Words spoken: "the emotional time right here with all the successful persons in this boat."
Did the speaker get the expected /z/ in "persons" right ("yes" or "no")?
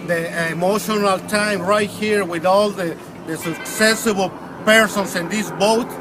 no